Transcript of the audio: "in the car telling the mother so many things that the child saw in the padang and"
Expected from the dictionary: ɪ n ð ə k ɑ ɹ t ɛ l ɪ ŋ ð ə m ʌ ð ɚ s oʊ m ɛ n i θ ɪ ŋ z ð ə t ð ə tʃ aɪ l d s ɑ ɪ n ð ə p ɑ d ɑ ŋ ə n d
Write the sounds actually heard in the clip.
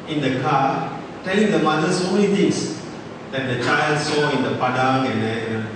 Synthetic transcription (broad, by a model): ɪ n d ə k ɑ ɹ t ɛ l ɪ ŋ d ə m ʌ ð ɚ s oʊ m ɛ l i t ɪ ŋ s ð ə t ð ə tʃ aɪ l d s ɑ ɪ n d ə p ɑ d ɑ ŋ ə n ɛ